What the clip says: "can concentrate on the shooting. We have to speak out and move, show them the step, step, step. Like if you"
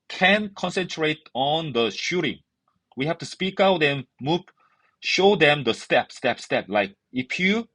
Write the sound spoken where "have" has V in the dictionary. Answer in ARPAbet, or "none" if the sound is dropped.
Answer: F